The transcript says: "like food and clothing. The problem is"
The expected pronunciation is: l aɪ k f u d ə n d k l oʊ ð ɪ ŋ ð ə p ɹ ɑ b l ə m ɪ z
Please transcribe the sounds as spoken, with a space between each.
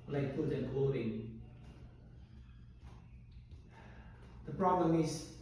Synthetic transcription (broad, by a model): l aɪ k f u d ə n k oʊ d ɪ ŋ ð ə p ɹ ɑ b l ə m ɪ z